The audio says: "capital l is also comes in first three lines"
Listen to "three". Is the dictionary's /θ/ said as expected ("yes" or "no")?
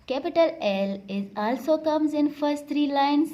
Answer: no